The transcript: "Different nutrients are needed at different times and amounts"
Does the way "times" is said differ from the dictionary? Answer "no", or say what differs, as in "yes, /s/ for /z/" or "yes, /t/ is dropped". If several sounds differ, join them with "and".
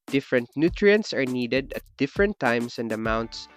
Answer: yes, /s/ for /z/